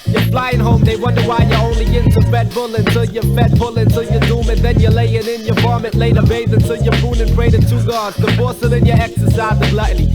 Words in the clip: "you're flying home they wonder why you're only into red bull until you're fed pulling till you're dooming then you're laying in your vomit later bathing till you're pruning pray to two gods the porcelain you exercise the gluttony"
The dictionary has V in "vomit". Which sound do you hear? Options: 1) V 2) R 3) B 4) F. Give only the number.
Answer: 4